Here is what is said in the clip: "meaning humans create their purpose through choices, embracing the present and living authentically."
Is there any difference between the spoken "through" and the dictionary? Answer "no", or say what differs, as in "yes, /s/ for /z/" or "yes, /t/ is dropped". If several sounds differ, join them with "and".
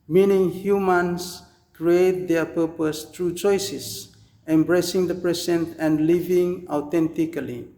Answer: yes, /t/ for /θ/